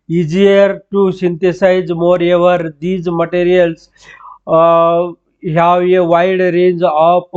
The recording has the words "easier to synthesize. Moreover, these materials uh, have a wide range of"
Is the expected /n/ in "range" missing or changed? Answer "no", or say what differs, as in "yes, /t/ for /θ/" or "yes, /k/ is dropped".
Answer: no